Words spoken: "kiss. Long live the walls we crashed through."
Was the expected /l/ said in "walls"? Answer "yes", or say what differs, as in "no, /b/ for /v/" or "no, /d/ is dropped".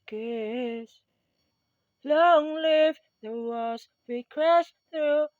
no, /l/ is dropped